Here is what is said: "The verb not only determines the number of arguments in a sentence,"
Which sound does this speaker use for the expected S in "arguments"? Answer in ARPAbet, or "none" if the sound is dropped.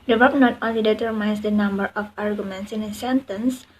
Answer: S